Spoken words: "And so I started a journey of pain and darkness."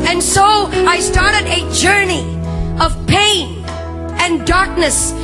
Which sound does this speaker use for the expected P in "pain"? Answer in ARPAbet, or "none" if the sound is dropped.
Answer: P